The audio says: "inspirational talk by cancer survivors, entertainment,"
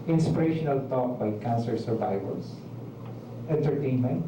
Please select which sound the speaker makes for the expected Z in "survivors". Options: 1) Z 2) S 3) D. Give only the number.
2